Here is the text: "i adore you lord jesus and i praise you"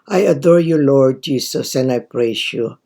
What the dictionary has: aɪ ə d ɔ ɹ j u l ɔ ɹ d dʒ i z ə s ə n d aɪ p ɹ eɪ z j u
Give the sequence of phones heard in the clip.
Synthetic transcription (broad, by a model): aɪ ə d ɔ ɹ j u l ɔ ɹ d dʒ i s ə s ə n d aɪ p ɹ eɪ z j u